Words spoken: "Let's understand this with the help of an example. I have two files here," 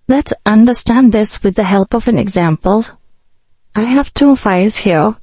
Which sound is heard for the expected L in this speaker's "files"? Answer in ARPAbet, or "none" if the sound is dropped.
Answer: none